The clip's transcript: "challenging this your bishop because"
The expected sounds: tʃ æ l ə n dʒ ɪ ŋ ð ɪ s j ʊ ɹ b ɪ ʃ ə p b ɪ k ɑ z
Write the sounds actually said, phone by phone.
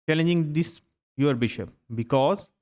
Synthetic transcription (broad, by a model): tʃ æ l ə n dʒ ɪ ŋ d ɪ s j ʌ ɹ b ɪ ʃ ə p b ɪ k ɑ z